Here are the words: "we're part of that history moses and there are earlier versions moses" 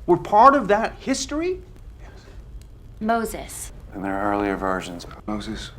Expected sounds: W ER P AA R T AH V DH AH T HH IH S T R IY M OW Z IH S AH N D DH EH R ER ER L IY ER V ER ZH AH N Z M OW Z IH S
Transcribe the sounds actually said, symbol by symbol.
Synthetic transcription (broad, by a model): W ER P AA R T AH V DH AH T HH IH S T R IY M OW Z IH S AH N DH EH R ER ER L IY ER V ER ZH AH N Z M OW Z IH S